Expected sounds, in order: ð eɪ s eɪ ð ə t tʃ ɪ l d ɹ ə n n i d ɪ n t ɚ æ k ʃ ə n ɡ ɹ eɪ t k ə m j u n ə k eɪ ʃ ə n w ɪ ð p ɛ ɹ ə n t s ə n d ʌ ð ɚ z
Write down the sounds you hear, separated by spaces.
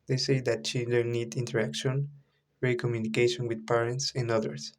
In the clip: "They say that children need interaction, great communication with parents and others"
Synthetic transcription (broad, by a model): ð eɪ s eɪ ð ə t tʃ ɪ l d ə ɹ n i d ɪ n t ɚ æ k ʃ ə n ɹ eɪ k ə m j u n ə k eɪ ʃ ə n w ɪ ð p ɛ ɹ ə n t s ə n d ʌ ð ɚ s